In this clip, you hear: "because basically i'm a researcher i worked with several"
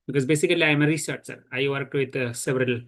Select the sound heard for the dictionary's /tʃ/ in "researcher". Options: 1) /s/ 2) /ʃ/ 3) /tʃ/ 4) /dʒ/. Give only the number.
1